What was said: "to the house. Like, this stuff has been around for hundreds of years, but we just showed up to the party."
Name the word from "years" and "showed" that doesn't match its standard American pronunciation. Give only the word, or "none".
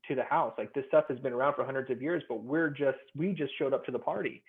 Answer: none